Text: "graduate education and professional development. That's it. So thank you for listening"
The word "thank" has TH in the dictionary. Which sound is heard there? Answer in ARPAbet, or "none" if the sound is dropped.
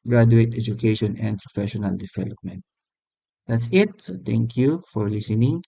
T